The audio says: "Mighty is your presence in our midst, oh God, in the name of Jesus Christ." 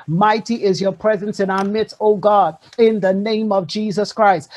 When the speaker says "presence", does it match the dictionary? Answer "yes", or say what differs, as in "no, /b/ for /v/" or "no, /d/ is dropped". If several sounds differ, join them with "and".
yes